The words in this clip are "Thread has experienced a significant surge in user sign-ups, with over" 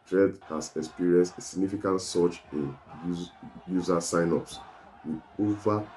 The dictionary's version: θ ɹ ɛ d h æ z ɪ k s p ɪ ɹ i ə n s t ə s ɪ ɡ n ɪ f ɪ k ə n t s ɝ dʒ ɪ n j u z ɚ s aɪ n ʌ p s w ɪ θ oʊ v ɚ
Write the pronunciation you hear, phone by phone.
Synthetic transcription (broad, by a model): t ɹ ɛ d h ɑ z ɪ k s p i ɹ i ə n s t ə s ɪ ɡ n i f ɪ k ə n t s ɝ tʃ ɪ n j u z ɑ s aɪ n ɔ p s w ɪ oʊ v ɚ